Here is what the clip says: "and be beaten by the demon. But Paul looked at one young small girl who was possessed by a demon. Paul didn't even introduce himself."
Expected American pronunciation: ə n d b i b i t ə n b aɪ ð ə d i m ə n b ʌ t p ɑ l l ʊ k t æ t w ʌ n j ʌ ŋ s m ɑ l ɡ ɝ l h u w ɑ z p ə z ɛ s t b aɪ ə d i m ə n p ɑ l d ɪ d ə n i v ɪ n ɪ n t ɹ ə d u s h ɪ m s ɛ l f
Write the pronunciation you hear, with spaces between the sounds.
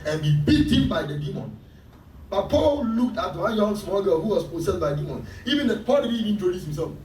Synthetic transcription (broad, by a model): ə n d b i b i t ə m b aɪ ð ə d i m ə n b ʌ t p ɑ l l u k t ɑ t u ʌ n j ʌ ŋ s m ɑ l ɡ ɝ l h u w ɑ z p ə s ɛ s b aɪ ə d i m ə n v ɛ n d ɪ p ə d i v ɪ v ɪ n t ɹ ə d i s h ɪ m s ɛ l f